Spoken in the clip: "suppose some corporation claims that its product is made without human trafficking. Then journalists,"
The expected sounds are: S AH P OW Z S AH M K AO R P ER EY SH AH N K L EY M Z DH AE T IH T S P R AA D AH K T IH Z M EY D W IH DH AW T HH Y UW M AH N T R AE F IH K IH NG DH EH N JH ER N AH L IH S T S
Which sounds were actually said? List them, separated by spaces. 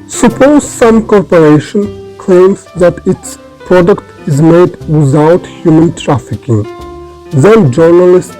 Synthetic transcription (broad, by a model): S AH P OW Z S AH M K AO R P ER EY SH AH N K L EY M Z DH AE T IH T S P R AA D AH K T IH Z M EY D W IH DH AW T HH Y UW M AH N T R AE F IH K IH NG DH EH N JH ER N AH L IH S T